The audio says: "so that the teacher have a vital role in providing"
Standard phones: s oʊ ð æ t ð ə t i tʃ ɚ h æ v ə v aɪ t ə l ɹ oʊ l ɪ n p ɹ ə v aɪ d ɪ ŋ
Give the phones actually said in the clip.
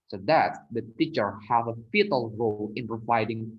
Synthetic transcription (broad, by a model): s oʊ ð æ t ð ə t i tʃ ɚ h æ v ə f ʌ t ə l ɹ oʊ l ɪ n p ɹ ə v aɪ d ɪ ŋ